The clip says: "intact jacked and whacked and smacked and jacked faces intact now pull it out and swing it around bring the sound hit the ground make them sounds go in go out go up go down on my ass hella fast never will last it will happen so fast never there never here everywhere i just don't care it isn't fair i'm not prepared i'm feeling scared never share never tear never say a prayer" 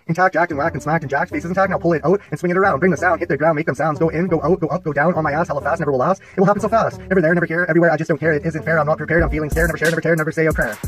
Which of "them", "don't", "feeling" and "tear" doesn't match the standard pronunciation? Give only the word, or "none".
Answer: none